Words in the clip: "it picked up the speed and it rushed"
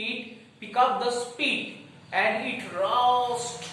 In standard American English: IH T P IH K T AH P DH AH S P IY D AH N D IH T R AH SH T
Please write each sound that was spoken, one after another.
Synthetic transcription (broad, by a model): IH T P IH K AH P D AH S P IY D AH N D IH T R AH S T